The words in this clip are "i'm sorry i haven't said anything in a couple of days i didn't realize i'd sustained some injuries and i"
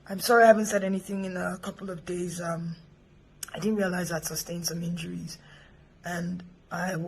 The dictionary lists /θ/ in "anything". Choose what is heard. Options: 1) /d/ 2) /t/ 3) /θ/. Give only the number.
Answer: 3